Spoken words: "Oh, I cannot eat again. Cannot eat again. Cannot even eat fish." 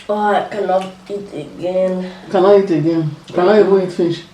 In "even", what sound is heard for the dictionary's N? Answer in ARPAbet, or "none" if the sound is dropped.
none